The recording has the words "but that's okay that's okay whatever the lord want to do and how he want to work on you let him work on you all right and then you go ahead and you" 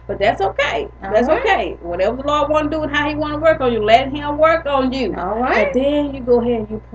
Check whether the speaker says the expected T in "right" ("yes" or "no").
no